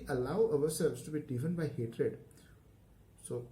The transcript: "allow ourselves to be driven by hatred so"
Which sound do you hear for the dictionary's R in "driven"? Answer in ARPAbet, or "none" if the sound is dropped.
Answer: none